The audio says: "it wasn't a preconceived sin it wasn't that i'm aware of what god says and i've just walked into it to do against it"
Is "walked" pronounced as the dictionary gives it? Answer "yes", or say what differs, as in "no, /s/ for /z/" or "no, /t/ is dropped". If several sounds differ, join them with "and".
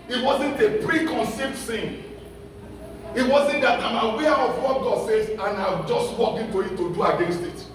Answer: no, /t/ is dropped